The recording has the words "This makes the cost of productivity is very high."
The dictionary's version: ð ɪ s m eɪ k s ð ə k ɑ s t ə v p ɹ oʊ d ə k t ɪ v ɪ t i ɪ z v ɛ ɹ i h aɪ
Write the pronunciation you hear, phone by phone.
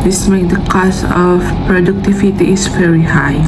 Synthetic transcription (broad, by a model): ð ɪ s m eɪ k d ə k ɑ s t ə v p ɹ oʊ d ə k t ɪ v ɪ t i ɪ s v ɛ ɹ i h aɪ